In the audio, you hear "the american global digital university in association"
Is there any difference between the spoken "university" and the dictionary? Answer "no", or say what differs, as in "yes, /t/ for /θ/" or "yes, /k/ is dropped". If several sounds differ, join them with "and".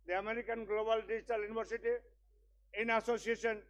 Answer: yes, /b/ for /v/